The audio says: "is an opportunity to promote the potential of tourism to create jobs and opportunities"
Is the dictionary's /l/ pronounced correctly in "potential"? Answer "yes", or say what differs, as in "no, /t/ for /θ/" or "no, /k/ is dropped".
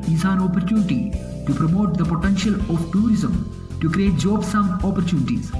yes